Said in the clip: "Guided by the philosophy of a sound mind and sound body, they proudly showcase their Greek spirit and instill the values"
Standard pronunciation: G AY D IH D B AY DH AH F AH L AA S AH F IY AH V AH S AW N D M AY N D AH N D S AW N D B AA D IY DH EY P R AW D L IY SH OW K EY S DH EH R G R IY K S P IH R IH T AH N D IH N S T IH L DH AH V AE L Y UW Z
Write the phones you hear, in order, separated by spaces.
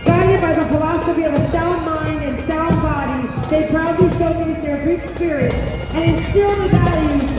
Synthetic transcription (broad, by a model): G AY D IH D B AY DH AH F AH L AA S AH F IY AH V AH S AW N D M AY N D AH N S AW N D B AA D IY DH EY P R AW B L IY S OW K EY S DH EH R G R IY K S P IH R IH AH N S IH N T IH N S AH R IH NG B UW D